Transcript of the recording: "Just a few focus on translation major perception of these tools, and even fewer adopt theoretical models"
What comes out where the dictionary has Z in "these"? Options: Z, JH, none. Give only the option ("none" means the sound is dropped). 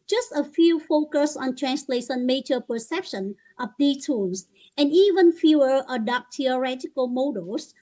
none